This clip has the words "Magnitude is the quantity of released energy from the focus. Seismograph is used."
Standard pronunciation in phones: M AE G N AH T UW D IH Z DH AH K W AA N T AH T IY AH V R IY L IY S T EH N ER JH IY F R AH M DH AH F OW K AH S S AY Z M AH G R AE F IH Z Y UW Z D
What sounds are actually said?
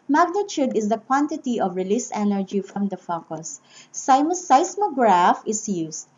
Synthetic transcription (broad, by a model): M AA G N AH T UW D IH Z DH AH K W AA N T AH T IY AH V R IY L IY S EH N ER JH IY F R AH M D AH F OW K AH S S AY S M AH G R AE F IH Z Y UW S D